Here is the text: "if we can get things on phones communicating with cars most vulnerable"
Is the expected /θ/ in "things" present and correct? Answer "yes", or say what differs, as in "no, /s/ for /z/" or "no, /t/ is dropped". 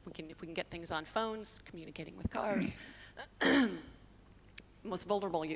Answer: yes